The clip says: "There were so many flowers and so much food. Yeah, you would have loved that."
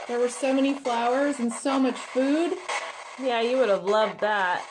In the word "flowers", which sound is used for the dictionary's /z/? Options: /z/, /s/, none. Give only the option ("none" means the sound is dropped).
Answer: /z/